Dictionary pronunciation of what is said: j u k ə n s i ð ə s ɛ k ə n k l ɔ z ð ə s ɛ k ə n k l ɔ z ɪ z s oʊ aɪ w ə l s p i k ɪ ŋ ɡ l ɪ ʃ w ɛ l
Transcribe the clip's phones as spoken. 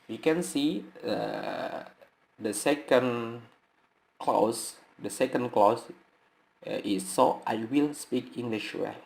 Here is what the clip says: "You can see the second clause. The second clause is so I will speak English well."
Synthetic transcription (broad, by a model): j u k ə n s i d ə s ɛ k ə n k l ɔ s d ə s ɛ k ə n k l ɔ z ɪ s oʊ aɪ w ə l s p i k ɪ ŋ ɡ l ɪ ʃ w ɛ